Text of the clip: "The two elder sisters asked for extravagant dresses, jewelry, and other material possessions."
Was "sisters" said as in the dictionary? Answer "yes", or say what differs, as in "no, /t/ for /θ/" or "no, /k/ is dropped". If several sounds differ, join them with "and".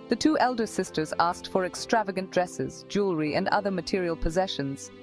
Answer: yes